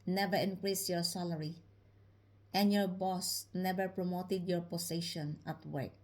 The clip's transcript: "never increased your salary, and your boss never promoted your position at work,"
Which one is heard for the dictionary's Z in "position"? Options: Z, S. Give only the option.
S